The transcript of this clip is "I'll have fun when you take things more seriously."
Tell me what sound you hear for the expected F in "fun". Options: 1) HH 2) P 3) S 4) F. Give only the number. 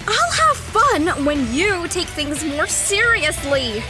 4